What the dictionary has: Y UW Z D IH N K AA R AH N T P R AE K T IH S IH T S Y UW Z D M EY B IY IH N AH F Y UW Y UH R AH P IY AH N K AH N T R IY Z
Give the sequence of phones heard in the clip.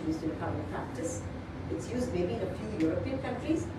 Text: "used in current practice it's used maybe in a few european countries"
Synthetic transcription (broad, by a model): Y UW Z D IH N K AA L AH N P R AE K T IH S IH T S Y UW Z D M EY B IY IH N AH F Y UW Y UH R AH P IY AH N K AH N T R IY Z